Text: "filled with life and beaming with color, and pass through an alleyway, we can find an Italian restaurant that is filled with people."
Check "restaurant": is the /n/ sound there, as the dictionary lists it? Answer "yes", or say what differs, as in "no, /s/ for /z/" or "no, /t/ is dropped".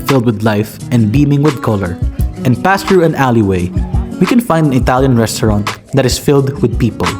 yes